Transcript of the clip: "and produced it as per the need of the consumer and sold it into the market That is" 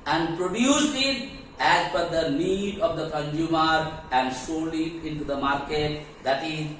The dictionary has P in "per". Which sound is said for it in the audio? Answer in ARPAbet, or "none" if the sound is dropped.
F